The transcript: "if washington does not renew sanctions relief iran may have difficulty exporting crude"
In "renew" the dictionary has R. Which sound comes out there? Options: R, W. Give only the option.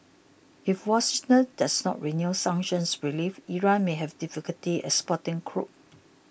R